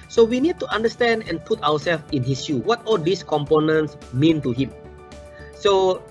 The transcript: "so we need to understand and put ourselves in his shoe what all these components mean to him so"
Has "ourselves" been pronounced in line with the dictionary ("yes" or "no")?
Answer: no